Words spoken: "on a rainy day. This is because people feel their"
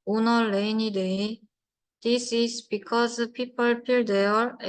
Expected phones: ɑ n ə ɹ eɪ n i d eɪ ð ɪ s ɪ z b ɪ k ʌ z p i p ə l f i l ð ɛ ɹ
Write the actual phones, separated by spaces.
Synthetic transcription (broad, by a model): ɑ n ə l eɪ n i d eɪ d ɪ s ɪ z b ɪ k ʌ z p i p ə l p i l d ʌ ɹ